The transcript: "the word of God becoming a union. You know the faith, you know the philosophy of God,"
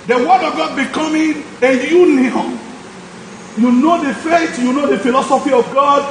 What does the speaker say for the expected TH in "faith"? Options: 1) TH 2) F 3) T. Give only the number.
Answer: 3